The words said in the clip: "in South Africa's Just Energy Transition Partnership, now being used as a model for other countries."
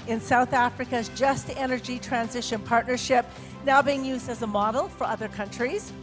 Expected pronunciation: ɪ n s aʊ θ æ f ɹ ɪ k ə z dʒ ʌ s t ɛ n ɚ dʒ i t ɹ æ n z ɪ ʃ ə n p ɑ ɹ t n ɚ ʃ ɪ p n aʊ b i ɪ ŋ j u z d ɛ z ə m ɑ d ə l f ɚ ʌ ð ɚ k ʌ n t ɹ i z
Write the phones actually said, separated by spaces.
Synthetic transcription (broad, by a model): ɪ n s aʊ θ æ f ɹ ɪ k ə z dʒ ʌ s t ɛ n ɚ dʒ i t ɹ æ n z ɪ ʃ ə n p ɑ ɹ t n ɚ ʃ ɪ p n aʊ b i ɪ ŋ j u z d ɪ z ə m ɑ d l f ɚ ʌ ð ɚ k ʌ n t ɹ i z